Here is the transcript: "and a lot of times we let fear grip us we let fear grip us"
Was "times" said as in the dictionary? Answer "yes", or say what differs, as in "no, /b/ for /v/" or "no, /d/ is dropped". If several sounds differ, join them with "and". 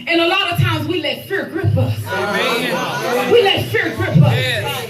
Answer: yes